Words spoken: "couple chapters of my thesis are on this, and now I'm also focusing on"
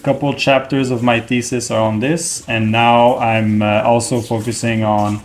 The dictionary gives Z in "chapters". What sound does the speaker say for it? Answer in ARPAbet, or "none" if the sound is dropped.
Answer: Z